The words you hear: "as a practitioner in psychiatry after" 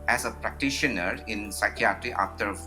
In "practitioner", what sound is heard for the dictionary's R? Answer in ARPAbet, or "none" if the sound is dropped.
R